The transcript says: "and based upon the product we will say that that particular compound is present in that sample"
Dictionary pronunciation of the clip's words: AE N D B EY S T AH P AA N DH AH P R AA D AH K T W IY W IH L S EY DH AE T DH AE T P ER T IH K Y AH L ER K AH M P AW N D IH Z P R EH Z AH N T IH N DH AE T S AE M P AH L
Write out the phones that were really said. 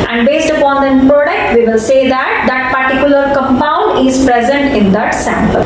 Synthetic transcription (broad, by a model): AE N D B EY S T AH P AA N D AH P R AA D AH K T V IY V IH L S EY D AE T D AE T P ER T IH K Y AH L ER K AH M P AW N D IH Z P R EH Z AH N T IH N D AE T S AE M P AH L